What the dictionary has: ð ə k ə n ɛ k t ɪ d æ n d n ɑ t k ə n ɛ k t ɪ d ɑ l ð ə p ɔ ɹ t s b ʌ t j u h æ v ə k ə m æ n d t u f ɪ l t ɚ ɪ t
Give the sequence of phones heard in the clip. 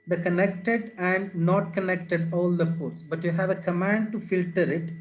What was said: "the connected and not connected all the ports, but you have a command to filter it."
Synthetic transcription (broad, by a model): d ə k ə n ɛ k t ɪ d æ n d n ɑ t k ə n ɛ k t ɪ d ɑ l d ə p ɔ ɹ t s b ʌ t j u h æ v ə k ə m æ n d t u f ɪ l t ɚ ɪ t